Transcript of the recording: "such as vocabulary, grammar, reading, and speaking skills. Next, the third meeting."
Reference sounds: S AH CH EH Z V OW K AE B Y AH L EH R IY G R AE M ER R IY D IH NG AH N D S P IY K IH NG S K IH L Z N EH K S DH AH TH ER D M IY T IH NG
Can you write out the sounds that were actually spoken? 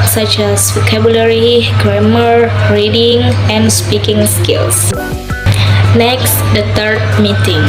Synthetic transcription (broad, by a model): S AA CH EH S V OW K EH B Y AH L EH R IY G R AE M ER R IY D IH NG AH N S P IY K IH NG S K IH L S N EH K S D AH T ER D M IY T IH NG